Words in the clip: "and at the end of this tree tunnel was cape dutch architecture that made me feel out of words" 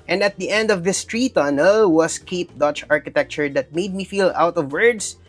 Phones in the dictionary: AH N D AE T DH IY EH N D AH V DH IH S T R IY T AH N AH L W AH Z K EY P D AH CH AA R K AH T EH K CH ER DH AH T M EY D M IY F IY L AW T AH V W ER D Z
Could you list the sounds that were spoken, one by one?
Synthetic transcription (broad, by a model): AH N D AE T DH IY EH N D AH V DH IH S T R IY T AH N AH L W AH S K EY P D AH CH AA R K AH T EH K CH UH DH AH T M EY D M IY F IY L AW T AH V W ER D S